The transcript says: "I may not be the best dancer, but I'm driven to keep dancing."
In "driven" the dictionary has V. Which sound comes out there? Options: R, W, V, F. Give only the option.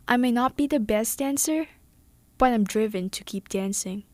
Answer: V